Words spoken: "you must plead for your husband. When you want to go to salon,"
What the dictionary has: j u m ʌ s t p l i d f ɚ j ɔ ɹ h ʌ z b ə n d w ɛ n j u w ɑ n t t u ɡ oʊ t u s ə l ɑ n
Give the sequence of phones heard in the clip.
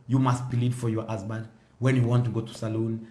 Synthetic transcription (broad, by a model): j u m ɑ s t b l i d f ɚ j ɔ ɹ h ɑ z b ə n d w ɛ n j u w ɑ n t t u ɡ oʊ t u s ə l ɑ n